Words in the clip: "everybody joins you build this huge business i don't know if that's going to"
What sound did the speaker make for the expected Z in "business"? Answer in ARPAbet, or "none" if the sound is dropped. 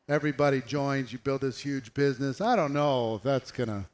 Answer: Z